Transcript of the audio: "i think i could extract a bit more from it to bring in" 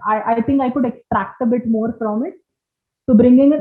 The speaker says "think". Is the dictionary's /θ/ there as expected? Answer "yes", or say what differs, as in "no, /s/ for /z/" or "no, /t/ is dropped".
no, /t/ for /θ/